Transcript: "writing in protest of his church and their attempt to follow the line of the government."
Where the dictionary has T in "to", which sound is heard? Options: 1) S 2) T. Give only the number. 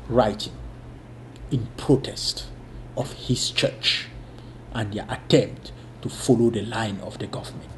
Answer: 2